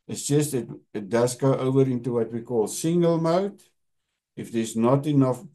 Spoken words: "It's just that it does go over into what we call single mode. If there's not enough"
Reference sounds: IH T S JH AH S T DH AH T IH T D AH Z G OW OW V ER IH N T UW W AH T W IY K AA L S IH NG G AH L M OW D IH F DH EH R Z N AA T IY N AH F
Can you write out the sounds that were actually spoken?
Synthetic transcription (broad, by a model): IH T S JH AH S T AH T IH T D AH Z G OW OW V ER IH N T UW W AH T W IY K AA L S IH NG G AH L M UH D IH F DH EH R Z N AA T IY N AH F